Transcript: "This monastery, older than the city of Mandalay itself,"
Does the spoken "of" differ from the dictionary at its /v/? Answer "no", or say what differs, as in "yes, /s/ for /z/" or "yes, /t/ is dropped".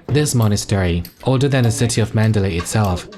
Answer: no